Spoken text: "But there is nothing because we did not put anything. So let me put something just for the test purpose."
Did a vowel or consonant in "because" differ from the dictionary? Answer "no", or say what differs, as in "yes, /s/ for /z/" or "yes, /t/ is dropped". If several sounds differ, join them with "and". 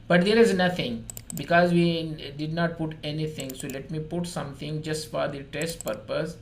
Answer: no